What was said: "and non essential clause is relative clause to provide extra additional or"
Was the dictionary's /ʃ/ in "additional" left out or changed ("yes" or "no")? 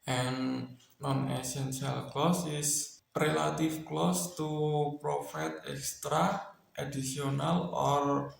yes